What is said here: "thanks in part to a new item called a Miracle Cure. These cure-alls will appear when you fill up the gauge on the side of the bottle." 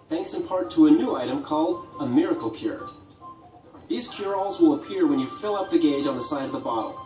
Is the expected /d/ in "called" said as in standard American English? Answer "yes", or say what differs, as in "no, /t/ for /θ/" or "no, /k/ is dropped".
yes